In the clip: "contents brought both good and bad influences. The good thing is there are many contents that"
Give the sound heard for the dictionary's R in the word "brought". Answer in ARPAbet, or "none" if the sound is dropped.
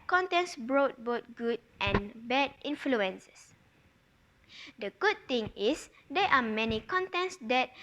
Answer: R